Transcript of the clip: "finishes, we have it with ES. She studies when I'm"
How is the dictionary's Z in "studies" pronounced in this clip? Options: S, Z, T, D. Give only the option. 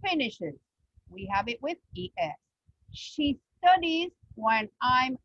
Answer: Z